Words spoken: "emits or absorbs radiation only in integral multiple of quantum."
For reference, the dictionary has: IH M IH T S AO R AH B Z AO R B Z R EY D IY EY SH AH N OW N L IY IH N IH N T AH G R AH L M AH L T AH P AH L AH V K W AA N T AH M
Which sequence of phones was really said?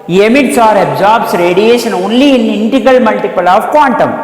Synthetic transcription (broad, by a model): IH M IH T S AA R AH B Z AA R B S R EY D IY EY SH AH N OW N L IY IH N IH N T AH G AH L M AH L T AH P AH L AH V K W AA N T AH M